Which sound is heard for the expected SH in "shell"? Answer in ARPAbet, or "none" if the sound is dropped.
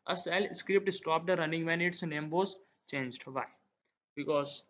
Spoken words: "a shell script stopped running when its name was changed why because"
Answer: S